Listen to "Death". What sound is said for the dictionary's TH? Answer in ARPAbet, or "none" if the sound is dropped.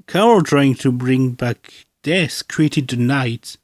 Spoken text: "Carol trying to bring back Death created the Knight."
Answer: S